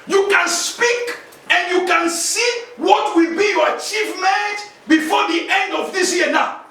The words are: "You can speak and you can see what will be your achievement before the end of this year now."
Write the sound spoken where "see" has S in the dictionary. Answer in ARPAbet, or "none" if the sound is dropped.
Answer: S